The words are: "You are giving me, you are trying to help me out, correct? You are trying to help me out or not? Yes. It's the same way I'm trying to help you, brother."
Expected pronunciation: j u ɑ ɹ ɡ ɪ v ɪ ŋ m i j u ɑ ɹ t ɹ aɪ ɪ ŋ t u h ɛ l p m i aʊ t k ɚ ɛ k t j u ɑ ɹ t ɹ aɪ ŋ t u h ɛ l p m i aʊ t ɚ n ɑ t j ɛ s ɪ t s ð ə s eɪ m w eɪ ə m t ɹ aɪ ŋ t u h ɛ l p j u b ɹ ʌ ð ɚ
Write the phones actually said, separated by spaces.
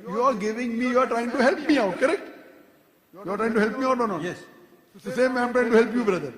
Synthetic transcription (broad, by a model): j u ɑ ɹ ɡ ɪ v ɪ ŋ m i j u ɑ ɹ t ɹ aɪ ɪ ŋ t u h ɛ l p m i aʊ t k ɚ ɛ k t j u ɑ ɹ t ɹ aɪ ŋ t u h ɛ l p m i aʊ t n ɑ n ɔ ɪ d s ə s eɪ m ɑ ə m t ɹ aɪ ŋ t u h ɛ l p j u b ɹ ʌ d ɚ